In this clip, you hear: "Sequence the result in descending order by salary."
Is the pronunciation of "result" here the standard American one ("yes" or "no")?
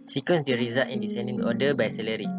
no